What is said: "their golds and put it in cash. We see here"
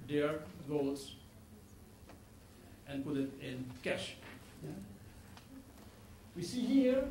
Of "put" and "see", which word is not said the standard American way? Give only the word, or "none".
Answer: none